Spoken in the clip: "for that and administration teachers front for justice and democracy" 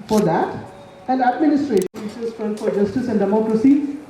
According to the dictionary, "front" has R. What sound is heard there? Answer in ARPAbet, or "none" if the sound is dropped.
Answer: none